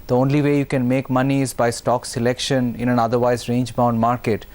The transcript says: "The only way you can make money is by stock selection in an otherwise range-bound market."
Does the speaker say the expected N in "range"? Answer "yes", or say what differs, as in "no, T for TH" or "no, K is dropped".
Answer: yes